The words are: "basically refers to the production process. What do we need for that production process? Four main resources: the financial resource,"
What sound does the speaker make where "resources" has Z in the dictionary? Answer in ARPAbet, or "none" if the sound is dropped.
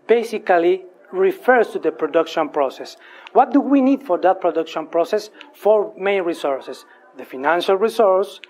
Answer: S